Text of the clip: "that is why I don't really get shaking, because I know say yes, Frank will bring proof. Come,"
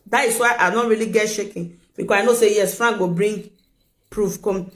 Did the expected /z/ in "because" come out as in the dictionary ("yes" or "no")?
no